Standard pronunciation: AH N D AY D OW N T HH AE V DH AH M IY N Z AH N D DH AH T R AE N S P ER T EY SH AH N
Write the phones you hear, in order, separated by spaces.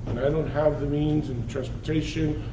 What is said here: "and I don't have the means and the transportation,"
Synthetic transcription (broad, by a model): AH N AY D OW N T HH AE V DH AH M IY N Z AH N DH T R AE N S P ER T EY SH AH N